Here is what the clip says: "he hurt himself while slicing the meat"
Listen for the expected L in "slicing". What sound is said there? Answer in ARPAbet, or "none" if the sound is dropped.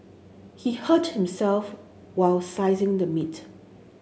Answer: none